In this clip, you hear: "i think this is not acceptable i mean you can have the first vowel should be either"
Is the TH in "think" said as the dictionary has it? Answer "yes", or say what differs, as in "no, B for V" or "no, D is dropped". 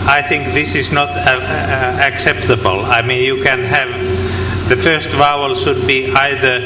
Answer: yes